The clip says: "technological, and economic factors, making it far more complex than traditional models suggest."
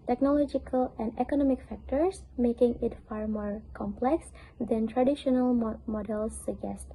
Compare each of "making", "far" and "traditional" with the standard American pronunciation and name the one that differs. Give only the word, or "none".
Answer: none